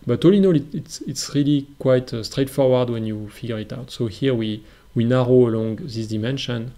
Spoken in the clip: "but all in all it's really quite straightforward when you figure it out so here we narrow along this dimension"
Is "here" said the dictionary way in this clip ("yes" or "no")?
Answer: no